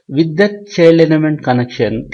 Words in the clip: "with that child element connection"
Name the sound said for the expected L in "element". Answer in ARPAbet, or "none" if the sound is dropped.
N